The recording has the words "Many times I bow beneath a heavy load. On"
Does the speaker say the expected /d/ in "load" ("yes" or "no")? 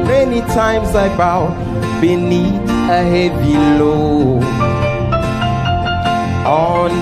no